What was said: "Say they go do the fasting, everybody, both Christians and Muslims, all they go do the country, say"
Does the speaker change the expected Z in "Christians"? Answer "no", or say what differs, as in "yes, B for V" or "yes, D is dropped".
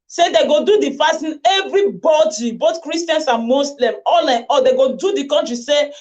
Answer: yes, S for Z